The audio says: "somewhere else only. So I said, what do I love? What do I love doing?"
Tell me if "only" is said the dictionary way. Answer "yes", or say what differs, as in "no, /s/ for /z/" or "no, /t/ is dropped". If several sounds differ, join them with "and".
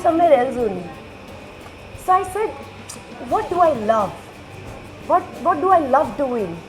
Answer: no, /l/ is dropped